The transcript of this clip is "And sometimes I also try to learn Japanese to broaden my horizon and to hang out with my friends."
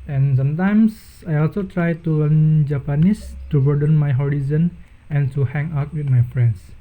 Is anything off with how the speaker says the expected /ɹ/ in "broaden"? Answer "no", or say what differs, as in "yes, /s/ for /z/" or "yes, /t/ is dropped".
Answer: yes, /ɹ/ is dropped